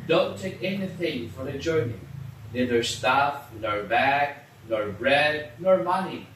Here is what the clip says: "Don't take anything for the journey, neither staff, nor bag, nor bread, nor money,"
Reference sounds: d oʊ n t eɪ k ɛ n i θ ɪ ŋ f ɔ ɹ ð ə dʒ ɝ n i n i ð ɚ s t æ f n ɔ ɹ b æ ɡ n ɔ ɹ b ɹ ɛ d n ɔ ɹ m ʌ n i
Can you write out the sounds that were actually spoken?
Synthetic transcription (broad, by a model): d oʊ n t eɪ k ɛ n i θ ɪ ŋ f ɔ ɹ ð ə dʒ ɝ n i n i ð ɚ s t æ f n ɔ ɹ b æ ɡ n ɔ ɹ b ɹ ɛ d n ɔ ɹ m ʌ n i